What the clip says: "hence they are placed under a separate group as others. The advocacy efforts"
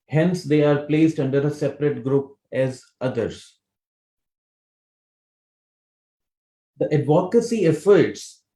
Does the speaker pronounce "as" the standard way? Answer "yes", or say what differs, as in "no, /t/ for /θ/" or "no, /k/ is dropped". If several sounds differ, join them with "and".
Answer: yes